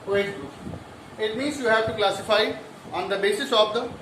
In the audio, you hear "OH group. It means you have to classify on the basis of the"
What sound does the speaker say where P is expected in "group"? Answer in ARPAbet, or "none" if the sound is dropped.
none